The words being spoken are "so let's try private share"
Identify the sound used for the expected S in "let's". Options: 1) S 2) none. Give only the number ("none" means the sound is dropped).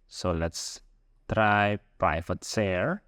1